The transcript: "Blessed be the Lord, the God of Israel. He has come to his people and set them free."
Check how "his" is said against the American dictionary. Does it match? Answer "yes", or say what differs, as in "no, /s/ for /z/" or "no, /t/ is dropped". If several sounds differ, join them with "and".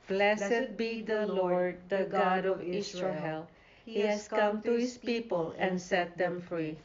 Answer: no, /s/ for /z/